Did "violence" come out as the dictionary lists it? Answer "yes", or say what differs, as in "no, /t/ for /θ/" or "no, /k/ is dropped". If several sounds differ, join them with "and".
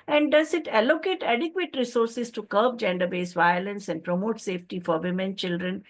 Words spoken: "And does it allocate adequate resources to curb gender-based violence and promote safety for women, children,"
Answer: yes